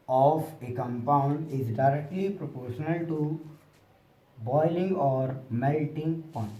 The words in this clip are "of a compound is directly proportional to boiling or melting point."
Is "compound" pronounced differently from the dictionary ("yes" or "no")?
no